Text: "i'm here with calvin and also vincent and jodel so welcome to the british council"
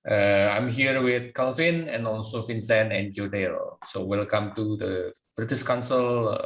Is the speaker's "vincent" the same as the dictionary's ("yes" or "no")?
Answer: no